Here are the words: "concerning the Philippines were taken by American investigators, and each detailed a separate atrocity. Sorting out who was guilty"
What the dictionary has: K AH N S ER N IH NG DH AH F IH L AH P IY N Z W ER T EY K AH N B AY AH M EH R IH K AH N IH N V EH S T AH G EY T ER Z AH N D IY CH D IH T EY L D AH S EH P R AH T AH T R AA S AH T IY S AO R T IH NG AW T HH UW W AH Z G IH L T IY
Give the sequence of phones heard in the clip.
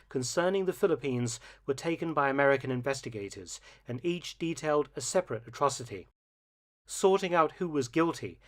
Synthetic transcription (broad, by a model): K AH N S ER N IH NG DH AH F IH L AH P IY N Z W ER T EY K AH N B AY AH M EH R IH K AH N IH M V EH S T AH G EY T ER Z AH N IY CH D IH T EY L D AH S EH P R AH T AH T R AA S AH T IY S AO R T IH NG AW T HH UW W AH Z G IH L T IY